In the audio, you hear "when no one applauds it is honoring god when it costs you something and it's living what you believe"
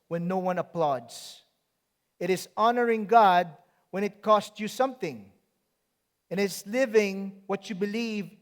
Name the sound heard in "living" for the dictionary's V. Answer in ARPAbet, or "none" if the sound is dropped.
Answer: V